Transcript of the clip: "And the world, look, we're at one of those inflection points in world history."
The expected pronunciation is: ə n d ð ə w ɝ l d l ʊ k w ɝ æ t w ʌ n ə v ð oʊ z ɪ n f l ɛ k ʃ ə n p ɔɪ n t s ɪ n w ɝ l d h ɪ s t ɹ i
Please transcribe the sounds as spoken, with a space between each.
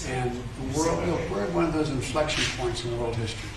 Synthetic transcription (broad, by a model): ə n ð ə w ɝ l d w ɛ w ɝ w ʌ n ə v ð oʊ z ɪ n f l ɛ k ʃ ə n p ɔɪ n t s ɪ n w ɝ l d h ɪ s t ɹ i